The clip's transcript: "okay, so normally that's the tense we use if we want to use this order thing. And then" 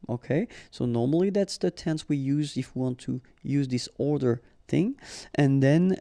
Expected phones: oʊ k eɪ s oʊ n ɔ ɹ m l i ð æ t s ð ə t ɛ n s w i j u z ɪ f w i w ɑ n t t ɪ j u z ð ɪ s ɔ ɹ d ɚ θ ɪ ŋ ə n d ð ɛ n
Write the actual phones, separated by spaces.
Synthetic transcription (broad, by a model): oʊ k eɪ s oʊ n ɔ ɹ m l i ð æ t s ð ə t ɛ n s w i j u z ɪ f w i w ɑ n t t ɪ j u z ð ɪ s ɔ ɹ d ɚ θ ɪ ŋ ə n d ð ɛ n